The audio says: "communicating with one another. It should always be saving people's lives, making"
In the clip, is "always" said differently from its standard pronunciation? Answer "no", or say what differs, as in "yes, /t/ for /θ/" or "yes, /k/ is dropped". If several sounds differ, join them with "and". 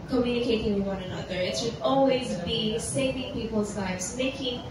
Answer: no